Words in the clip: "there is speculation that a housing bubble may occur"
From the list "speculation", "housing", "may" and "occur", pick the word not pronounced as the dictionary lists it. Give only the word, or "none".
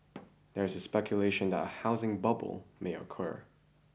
none